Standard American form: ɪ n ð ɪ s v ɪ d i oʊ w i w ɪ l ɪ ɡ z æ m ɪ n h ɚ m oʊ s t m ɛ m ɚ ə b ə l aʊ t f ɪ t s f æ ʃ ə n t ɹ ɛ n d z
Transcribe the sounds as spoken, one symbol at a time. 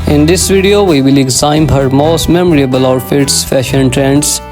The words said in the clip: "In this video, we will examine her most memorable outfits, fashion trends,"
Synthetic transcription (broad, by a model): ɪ n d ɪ s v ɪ d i oʊ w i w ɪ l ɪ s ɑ ɪ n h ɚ m oʊ s t m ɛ m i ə b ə l aʊ t f ɪ t s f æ ʃ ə n t ɹ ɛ n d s